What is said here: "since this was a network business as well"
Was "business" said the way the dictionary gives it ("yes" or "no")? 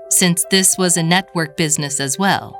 yes